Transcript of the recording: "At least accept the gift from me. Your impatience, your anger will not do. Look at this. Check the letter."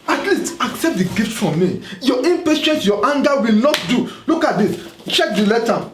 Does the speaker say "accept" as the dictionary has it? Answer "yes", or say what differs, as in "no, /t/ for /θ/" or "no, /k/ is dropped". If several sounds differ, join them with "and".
yes